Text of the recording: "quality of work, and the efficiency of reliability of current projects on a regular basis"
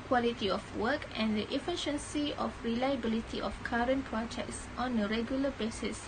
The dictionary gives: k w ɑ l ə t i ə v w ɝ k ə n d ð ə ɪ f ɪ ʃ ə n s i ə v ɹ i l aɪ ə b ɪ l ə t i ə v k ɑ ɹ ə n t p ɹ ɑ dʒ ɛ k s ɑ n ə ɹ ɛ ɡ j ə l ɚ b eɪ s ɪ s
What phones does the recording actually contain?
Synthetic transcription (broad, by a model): k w ɑ l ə t i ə f w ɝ k ə n d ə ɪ f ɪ ʃ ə n s i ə f ɹ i l aɪ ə b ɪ l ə t i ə f k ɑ ɹ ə n p ɹ ɑ dʒ ɛ k s ɑ n ə ɹ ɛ ɡ j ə l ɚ b eɪ s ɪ s